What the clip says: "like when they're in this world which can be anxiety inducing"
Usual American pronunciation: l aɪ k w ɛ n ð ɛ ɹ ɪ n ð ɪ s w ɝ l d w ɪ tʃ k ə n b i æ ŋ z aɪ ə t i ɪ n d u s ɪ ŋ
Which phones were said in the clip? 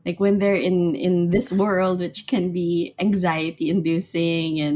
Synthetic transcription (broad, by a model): l aɪ k w ɛ n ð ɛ ɹ ɪ n ð ɪ s w ɝ l d w ɪ tʃ k ə n b i æ ŋ z aɪ ə t i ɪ n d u s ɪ ŋ